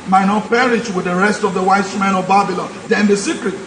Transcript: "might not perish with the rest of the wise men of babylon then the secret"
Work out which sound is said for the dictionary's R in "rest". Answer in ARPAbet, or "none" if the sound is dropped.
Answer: R